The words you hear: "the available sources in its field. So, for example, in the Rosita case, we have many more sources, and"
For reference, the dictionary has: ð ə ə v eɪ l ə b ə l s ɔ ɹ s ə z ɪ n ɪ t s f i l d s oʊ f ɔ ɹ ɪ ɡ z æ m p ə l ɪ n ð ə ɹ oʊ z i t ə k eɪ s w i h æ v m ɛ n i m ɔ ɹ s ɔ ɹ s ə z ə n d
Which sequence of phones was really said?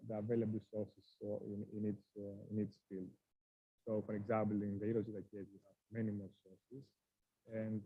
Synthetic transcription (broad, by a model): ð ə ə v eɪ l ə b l s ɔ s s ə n ɪ n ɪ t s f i l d s oʊ f ɔ ɹ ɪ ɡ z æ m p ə l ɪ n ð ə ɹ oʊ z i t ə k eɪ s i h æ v m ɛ n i m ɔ l s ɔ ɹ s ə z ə n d